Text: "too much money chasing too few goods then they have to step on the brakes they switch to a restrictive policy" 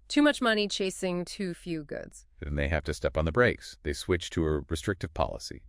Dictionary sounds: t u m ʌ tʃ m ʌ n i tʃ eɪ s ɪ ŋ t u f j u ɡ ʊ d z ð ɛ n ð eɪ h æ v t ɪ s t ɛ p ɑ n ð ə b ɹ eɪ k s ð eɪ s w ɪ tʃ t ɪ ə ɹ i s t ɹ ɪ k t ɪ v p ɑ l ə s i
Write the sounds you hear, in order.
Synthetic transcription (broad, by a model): t u m ʌ tʃ m ʌ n i tʃ eɪ s ɪ ŋ t u f j u ɡ ʊ d z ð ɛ n ð eɪ h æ f t ɪ s t ɛ p n ð ə b ɹ eɪ k s ð eɪ s w ɪ tʃ t ɪ ə ɹ i s t ɹ ɪ k t ɪ v p ɑ l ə s i